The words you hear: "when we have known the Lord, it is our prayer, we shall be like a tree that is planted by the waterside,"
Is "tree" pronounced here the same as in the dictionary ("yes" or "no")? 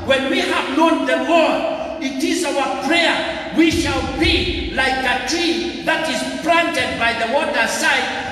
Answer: no